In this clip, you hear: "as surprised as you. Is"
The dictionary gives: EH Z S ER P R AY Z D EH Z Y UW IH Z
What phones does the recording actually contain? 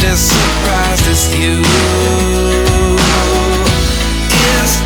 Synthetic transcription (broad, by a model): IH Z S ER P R AY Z IH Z Y UW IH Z